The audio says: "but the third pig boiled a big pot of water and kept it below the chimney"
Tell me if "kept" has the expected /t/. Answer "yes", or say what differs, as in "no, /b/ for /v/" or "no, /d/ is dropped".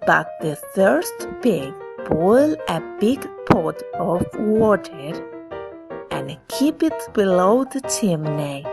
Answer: no, /t/ is dropped